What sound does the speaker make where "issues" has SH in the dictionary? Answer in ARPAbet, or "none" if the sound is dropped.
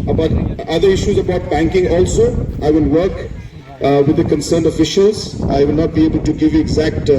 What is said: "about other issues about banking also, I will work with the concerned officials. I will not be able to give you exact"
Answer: SH